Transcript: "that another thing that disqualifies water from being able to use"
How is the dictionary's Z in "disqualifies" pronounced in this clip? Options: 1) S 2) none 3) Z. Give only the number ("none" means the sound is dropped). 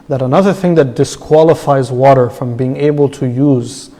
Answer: 3